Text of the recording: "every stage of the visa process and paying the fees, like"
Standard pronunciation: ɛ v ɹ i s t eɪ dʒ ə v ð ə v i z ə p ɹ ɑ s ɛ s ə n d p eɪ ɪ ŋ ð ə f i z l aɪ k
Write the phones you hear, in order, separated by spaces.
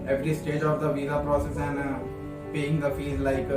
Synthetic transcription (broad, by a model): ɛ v ɹ i s t eɪ dʒ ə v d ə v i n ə p ɹ ɑ s ɛ s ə n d p eɪ ɪ ŋ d ə f i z l aɪ k